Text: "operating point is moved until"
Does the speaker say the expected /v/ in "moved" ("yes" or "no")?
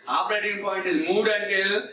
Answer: no